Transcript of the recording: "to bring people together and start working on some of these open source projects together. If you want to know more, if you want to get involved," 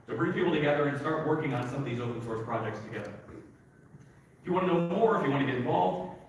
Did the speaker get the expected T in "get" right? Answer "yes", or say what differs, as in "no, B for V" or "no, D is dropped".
no, T is dropped